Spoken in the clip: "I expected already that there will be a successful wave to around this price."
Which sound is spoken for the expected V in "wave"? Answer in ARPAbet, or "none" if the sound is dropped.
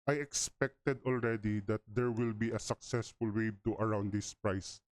B